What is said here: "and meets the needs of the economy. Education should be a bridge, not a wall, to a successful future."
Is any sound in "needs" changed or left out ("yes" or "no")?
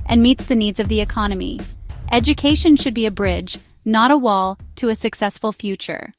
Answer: no